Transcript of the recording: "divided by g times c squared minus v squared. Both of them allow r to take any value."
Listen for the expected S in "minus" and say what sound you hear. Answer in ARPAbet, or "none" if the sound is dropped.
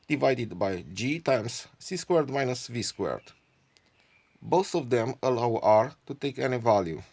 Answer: S